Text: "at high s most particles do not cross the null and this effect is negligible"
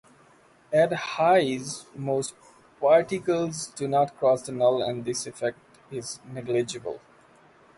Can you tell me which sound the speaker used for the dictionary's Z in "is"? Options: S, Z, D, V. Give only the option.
Z